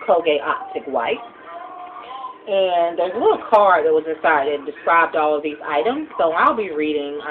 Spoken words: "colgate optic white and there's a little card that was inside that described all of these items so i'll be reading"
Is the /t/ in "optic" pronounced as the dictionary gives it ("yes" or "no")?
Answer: yes